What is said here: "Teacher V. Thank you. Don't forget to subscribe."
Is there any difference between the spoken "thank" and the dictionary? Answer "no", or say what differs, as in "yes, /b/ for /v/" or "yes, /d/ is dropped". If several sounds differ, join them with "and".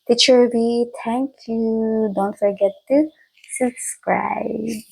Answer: yes, /t/ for /θ/